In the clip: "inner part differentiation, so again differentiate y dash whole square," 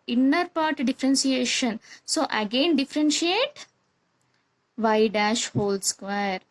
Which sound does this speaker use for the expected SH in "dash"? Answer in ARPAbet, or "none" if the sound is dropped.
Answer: SH